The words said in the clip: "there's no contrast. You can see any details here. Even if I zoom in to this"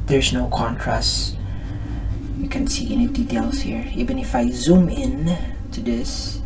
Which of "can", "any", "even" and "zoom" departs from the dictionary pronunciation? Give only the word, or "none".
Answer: none